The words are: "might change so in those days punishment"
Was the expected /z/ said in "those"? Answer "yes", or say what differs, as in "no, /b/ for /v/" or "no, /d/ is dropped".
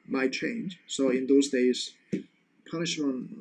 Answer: yes